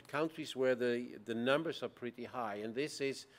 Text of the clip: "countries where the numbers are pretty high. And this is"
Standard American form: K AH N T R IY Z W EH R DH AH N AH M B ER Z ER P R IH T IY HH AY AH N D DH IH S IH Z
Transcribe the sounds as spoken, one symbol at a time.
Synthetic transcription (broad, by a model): K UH N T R IY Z W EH R DH AH N AH M B ER Z ER P R IH T IY HH AY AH N DH IH S IH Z